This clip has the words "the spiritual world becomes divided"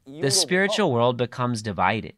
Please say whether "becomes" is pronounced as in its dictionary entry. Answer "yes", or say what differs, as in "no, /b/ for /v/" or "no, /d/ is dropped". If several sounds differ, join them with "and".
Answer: yes